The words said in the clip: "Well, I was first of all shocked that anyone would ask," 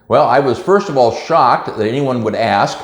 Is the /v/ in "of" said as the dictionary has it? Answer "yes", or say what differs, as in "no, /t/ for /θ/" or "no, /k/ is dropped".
yes